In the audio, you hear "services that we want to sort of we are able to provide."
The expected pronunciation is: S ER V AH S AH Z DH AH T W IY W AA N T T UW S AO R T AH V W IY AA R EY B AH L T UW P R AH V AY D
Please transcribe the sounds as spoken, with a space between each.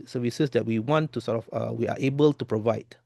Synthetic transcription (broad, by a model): S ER V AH S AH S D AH T W IY W AA N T T UW S AO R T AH F W IY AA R EY B AH L T UW P R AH V AY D